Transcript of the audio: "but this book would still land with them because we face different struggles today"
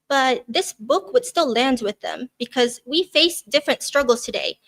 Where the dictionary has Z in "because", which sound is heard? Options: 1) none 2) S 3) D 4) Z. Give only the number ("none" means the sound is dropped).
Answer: 4